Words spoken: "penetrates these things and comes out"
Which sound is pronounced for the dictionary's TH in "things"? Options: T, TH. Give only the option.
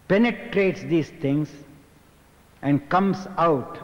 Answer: T